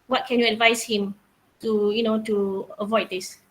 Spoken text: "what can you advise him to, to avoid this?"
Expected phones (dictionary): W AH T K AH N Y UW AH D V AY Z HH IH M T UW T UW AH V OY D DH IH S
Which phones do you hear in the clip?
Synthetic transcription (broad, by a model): W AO T K AH N Y UW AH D V AY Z HH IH M T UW T UW AH V OY D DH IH S